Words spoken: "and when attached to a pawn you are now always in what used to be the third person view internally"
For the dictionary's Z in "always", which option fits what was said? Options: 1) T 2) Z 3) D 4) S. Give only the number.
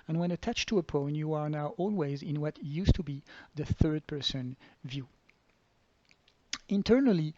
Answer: 2